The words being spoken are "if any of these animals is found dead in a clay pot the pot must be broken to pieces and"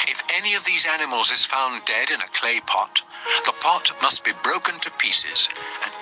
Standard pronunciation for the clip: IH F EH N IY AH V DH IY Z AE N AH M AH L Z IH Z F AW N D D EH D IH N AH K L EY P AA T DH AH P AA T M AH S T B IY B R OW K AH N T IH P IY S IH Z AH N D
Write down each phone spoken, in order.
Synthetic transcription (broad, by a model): IH F EH N IY AH V DH IY Z AE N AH M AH L Z IH Z F AW N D D EH D IH N AH K L EY P AA T DH AH P AA T M AH S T B IY B R OW K AH N T IH P IY S IH Z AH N